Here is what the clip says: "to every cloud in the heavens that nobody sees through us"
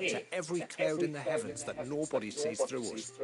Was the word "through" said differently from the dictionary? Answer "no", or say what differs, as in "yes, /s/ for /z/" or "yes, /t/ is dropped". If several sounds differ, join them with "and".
no